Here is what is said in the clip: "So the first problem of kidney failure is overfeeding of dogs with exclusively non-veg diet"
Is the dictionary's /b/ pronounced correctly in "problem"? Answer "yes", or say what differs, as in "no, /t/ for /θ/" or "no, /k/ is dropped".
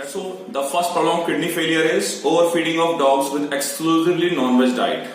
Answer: no, /b/ is dropped